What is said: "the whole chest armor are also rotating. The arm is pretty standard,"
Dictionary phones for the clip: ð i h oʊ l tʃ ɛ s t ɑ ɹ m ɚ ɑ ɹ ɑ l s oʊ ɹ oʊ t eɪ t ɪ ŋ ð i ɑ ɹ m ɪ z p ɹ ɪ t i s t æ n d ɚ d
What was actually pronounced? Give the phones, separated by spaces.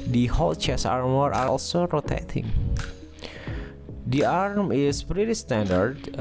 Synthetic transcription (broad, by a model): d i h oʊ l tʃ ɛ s ɑ ɹ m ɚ ɑ ɹ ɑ l s oʊ ɹ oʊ t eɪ t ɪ ŋ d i ɑ ɹ m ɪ s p ɹ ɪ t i s t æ n d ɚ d